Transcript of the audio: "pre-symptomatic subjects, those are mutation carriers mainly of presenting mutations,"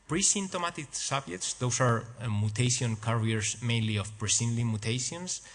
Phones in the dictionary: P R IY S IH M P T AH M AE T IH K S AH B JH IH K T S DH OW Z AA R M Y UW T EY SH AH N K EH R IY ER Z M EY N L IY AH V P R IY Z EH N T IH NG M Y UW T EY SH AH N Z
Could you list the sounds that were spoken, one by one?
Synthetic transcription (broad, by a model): P R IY S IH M T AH M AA T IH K S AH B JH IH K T S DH OW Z AA R M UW T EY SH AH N K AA R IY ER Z M EY N L IY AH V P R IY S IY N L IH M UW T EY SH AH N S